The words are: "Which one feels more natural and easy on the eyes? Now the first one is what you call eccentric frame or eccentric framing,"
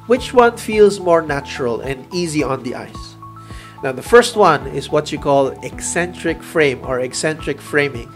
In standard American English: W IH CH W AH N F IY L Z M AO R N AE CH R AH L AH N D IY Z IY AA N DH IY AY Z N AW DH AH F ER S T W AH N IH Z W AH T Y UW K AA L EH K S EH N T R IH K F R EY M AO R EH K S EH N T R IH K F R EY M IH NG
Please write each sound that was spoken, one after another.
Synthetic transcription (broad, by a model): W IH CH W AH N F IY L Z M AO R N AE CH R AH L AH N D IY Z IY AA N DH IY AY S N AW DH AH F ER S T W AH N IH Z W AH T Y UW K AA L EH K S EH N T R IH K F R EY M AO R EH K S EH N T R IH K F R EY M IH NG